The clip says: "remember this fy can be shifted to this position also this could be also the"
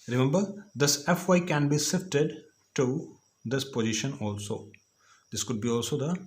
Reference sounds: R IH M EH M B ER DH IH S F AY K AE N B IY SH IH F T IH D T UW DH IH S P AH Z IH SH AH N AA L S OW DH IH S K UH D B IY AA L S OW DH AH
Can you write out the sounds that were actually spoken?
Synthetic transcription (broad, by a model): R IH M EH M B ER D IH S F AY K AE N B IY S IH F T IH D T UW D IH S P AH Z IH SH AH N AA L S OW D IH S K UH D B IY AA L S OW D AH